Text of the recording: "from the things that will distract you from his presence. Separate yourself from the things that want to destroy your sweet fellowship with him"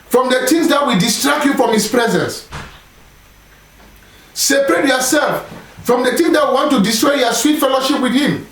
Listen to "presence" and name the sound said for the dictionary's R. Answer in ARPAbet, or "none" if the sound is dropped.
R